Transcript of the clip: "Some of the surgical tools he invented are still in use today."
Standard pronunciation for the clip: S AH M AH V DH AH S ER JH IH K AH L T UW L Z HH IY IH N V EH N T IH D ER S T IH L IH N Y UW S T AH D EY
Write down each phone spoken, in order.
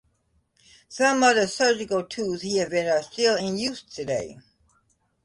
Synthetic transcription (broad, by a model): S AH M AH DH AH S ER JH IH K L T UW Z HH IY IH V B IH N ER S T IH L IH N Y UW S T AH D EY